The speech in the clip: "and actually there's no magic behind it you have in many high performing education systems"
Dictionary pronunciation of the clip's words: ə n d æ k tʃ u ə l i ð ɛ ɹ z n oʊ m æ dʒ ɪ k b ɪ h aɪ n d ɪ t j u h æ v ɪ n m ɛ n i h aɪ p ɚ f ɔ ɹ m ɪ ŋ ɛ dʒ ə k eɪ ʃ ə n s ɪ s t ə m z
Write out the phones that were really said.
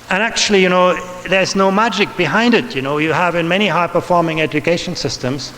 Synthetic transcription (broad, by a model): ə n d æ k tʃ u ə n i ð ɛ ɹ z n oʊ m æ dʒ ɪ k b ɪ h aɪ n d ɪ t j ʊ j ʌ v ɪ n m ɛ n i h aɪ p ɚ f ɔ ɹ m ɪ ŋ ɛ dʒ ə k eɪ ʃ ə n s ɪ s t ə m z